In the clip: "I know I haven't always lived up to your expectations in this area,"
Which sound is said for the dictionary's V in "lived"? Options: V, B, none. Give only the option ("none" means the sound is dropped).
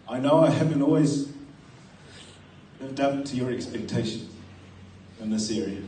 none